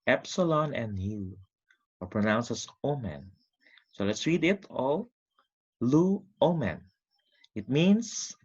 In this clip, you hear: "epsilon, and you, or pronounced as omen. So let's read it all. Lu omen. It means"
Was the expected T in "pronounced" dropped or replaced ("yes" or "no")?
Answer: yes